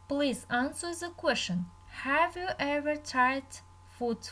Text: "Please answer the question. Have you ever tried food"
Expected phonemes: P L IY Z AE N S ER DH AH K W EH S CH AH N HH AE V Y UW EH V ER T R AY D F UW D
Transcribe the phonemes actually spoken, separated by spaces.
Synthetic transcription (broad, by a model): P L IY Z AE N S ER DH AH K W EH S CH AH N HH AE V Y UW EH V ER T AY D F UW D